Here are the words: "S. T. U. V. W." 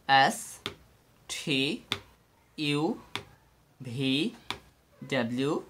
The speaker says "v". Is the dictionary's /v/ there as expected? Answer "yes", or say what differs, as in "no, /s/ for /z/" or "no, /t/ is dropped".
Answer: no, /b/ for /v/